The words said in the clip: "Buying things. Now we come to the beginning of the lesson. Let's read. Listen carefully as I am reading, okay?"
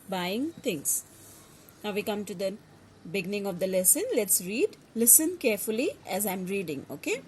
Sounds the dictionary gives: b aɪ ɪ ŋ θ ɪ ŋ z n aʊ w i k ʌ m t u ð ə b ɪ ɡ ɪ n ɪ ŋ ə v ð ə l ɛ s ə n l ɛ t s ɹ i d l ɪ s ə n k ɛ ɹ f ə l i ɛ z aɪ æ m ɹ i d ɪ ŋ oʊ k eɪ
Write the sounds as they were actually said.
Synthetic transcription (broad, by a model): b aɪ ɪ ŋ t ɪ ŋ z n aʊ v i k ʌ m t u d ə b ɪ ɡ ɪ n ɪ ŋ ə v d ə l ɛ s ə n l ɛ t s ɹ i d l ɪ s ə n k ɛ ɹ f ə l i ɛ z aɪ m ɹ i d ɪ ŋ oʊ k eɪ